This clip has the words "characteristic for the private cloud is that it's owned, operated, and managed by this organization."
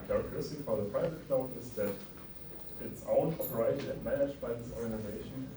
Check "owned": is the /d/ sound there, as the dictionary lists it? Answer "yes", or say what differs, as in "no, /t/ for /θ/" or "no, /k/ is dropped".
no, /d/ is dropped